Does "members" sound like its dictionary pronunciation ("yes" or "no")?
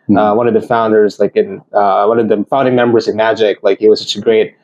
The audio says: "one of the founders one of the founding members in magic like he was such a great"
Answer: yes